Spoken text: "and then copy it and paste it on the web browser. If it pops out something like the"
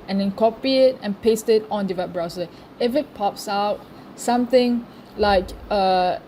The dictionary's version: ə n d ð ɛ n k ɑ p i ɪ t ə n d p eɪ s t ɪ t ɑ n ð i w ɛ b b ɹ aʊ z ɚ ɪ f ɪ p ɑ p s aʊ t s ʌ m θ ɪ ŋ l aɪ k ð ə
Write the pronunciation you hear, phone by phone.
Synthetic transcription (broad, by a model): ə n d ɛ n k ɑ p i ɪ t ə n p eɪ s t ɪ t ɑ n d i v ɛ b b ɹ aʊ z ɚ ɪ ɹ ɪ p ɑ p s aʊ t s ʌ m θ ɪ ŋ l aɪ k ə